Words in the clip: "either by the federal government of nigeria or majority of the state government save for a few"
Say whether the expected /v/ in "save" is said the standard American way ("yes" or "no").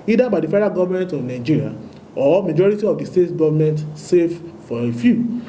no